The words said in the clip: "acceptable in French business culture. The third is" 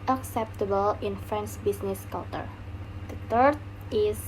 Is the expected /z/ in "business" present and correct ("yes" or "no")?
no